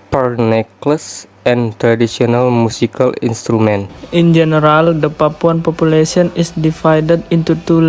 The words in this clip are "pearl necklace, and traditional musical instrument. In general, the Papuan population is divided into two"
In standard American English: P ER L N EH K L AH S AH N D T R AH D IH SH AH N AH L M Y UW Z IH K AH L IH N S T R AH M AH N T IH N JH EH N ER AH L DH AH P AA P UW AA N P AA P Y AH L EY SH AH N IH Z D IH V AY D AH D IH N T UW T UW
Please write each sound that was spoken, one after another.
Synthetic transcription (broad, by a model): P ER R N EH K L AH S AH N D T R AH D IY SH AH N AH L M UW S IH K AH L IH N S T R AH M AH N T IH N JH EH N ER AH L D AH P AA P UW AA N P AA P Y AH L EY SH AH N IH S D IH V AY D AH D IH N T UW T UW